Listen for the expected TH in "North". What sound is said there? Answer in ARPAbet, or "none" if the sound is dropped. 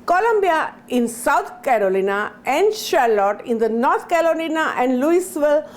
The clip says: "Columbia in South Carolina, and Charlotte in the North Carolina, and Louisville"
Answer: T